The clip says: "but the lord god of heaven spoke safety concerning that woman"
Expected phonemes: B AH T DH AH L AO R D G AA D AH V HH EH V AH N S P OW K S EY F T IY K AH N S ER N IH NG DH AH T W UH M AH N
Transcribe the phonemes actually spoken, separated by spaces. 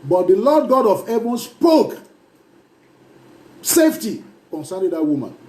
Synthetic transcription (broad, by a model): B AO T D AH L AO D G AA D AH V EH B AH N S P OW K S EY F T IY K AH N S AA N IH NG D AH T W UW M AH N